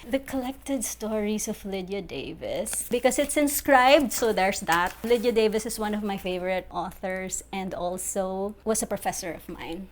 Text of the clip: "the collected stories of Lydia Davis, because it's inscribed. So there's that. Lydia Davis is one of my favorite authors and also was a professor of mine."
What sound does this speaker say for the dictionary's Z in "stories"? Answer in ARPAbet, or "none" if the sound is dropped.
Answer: S